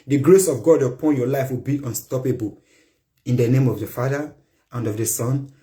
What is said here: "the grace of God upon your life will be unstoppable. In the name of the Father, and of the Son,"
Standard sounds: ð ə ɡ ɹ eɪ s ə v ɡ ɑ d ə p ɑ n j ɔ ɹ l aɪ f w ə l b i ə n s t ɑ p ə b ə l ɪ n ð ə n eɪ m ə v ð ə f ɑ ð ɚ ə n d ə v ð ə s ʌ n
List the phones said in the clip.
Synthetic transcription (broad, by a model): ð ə ɡ ɹ eɪ s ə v ɡ ɑ d ə p ɑ n j ɔ l aɪ f w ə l b i ə n s t ɑ p ə b ə l ɪ n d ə n eɪ m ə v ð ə f ɑ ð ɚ ə n d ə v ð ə s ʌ n